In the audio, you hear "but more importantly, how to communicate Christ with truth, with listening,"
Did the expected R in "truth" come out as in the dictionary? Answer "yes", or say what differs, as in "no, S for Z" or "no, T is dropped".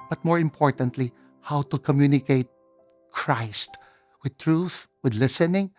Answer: yes